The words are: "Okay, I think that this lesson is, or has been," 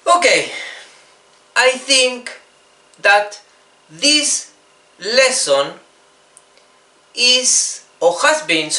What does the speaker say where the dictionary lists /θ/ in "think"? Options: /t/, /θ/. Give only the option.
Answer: /θ/